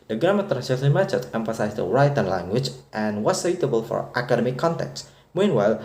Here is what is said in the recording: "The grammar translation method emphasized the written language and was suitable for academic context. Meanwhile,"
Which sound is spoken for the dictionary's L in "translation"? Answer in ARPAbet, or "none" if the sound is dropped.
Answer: none